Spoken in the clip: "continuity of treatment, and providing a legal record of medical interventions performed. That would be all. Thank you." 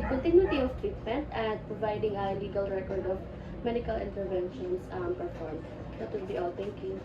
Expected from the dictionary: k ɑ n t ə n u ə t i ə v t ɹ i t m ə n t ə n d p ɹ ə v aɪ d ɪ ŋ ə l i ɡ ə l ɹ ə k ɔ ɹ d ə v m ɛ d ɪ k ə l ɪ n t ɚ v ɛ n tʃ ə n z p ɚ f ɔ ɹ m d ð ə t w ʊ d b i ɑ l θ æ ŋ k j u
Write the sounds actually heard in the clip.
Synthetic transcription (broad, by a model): k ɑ n t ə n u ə t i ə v t ɹ i t m ə n t ə n d p ɹ ə v aɪ d ɪ ŋ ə l i ɡ ə l ɹ ə k ɔ ɹ d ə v m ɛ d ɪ k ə l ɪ n t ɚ v ɛ n ʃ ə n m p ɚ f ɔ ɹ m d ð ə t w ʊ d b i ɑ l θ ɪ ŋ k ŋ